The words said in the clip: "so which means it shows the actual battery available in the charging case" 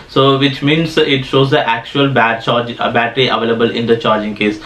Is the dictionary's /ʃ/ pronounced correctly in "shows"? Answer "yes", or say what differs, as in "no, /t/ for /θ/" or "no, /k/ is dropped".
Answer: yes